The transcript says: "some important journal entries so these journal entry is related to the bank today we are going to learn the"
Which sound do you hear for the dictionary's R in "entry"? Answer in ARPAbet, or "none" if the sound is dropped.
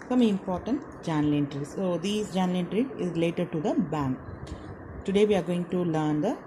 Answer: R